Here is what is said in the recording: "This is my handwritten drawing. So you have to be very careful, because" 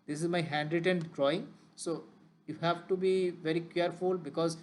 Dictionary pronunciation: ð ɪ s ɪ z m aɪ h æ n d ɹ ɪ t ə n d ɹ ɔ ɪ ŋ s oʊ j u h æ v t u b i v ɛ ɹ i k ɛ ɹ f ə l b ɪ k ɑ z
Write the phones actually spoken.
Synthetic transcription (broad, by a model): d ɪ s ɪ z m aɪ h æ n d ɹ ɪ t ə n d ɹ ɔ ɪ ŋ s oʊ j u h æ v t u b i v ɛ ɹ i k ɛ ɹ f ə l b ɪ k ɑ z